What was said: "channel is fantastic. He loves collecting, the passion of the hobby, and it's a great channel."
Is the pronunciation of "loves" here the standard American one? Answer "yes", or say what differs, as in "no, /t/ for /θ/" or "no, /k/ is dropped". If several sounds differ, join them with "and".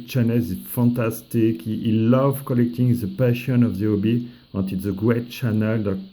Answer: no, /z/ is dropped